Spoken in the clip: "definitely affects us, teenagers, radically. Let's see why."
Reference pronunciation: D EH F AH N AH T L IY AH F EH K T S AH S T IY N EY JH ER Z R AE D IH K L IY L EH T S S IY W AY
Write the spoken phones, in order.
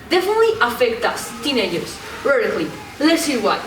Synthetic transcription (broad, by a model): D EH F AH N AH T L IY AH F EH K T AH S T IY N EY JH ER S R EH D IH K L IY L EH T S S IY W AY